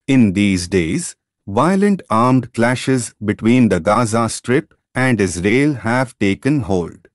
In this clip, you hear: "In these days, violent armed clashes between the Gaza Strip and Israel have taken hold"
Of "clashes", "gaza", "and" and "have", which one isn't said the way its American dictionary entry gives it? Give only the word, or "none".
none